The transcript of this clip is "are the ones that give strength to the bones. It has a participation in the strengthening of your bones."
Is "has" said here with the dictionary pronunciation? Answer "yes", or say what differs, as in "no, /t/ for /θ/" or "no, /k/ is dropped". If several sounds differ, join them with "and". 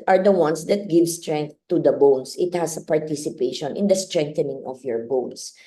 no, /s/ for /z/